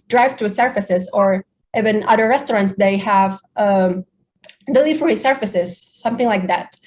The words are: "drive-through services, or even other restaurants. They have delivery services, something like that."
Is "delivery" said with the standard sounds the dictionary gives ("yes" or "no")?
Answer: no